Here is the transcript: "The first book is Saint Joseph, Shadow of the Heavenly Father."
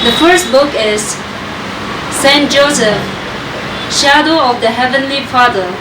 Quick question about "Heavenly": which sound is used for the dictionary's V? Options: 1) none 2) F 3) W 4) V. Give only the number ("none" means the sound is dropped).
4